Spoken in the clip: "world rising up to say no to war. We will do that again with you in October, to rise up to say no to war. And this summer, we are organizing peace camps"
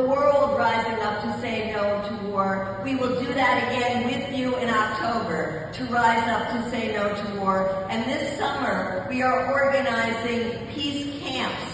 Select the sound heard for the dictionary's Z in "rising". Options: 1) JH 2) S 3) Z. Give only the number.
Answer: 3